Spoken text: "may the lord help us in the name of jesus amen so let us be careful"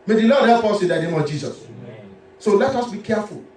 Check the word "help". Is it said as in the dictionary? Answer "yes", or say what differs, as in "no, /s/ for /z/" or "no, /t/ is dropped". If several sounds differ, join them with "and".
no, /l/ is dropped